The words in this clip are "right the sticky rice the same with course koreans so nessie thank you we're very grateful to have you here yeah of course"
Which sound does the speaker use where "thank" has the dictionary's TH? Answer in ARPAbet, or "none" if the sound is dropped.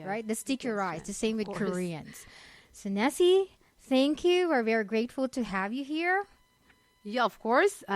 TH